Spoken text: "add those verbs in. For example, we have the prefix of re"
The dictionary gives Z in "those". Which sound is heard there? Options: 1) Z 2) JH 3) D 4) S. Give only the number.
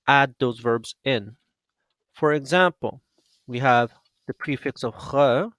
1